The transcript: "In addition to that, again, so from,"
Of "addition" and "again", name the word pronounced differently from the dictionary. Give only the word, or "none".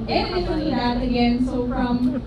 addition